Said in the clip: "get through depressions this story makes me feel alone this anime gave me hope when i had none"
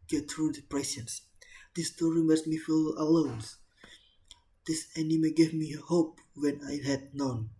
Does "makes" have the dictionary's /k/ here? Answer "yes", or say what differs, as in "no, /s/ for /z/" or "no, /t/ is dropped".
no, /k/ is dropped